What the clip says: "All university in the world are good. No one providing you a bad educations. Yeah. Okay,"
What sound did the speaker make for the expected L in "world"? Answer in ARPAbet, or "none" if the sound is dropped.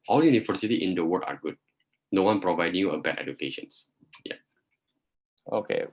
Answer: none